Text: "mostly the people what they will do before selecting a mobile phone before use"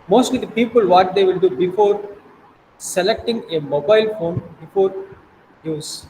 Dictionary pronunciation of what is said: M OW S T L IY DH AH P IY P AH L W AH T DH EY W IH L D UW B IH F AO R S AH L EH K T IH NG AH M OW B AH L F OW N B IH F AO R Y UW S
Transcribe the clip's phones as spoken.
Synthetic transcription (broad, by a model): M OW S T L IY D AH P IY P AH L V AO T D EY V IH L D UW B IH F AO R S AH L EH K T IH NG AH M OW B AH L F OW N B IH F AO R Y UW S